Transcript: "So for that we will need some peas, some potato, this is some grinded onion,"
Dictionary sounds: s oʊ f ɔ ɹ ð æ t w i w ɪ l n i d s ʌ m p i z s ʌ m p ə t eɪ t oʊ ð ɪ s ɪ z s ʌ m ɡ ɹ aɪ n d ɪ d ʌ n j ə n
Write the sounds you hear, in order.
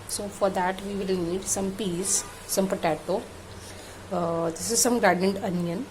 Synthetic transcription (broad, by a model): s oʊ f ɔ ɹ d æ t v i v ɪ l n i d s ʌ m p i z s ʌ m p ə t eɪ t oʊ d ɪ s ɪ z s ʌ m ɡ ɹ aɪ d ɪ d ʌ n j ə n